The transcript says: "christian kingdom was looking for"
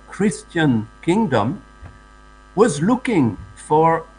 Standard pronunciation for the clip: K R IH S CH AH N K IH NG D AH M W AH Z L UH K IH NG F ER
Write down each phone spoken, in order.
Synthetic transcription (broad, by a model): K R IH S CH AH N K IH NG D AH M W AH Z L UH K IH NG F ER